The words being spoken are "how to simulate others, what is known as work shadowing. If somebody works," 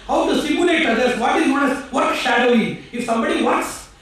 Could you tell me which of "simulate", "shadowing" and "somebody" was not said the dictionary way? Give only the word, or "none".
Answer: none